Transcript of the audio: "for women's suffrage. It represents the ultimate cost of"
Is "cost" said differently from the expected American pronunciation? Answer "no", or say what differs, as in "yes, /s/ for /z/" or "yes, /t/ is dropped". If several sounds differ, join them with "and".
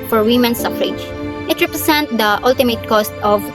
no